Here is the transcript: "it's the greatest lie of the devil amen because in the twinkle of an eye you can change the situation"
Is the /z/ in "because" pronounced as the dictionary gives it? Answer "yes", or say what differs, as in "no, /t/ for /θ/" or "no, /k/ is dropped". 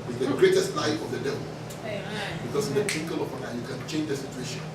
no, /s/ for /z/